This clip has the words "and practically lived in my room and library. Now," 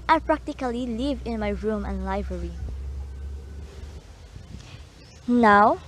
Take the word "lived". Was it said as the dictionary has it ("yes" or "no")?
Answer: no